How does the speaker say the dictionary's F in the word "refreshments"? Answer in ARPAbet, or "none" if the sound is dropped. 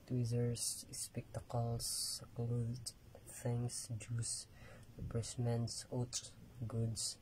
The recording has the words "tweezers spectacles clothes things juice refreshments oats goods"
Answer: P